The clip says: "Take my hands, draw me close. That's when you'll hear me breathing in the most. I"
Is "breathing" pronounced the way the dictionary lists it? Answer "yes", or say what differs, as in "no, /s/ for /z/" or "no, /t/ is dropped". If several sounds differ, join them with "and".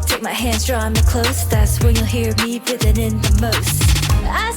no, /ɹ/ is dropped